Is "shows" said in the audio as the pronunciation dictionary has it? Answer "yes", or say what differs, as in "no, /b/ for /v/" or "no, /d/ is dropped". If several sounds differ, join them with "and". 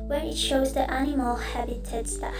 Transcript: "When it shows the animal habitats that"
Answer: yes